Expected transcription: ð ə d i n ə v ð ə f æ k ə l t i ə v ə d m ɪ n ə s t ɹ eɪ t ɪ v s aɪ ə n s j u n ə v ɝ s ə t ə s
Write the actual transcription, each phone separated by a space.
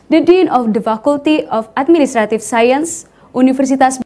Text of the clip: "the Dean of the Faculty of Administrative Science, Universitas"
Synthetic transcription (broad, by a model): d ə d i n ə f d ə f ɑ k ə l t i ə f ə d m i n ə s t ɹ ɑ t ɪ f s aɪ ə n s u n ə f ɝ s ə t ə s